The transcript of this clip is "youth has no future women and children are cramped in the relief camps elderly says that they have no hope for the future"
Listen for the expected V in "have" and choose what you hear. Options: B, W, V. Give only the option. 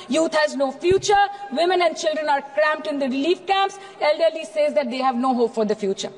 V